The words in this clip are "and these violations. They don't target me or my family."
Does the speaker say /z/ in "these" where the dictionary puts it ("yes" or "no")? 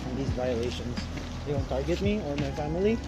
yes